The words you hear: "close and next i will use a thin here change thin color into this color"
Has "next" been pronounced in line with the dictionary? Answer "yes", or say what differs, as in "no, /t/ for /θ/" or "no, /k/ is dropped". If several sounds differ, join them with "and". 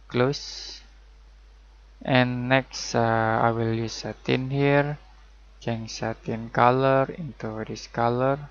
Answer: yes